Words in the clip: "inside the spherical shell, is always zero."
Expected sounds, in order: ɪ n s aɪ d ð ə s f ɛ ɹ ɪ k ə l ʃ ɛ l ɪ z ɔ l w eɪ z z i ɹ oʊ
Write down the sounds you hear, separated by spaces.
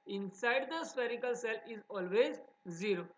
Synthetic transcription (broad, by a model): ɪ n s aɪ d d ə s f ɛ ɹ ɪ k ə l s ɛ l ɪ z ɔ l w eɪ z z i ɹ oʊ